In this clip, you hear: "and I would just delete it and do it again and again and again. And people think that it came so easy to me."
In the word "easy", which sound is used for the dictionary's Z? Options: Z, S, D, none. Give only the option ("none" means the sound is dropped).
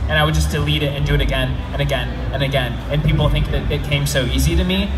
Z